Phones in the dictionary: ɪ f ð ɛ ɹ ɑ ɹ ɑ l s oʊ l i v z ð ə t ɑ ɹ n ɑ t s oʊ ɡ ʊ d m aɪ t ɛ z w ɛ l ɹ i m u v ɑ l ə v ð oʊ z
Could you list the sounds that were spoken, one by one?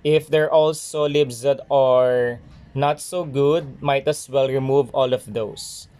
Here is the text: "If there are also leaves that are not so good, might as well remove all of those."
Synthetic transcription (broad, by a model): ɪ f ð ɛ ɹ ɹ ɑ l s oʊ l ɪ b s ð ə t ɑ ɹ n ɑ t s oʊ ɡ ʊ d m aɪ t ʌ s w ɛ l ɹ i m u v ɑ l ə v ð oʊ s